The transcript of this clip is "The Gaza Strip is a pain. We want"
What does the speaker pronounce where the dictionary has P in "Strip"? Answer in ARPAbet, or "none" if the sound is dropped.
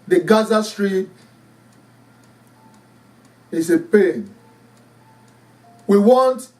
none